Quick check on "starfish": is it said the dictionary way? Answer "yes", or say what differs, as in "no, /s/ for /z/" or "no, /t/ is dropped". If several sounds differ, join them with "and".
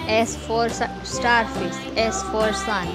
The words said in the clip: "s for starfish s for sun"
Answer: no, /s/ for /ʃ/